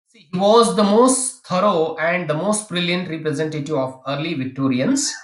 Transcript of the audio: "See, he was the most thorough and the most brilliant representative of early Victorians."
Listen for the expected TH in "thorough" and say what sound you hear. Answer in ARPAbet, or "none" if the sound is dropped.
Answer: T